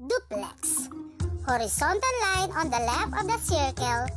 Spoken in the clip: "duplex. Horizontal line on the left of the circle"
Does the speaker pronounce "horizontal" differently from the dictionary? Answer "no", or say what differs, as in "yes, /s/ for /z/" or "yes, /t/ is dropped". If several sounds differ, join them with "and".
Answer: yes, /s/ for /z/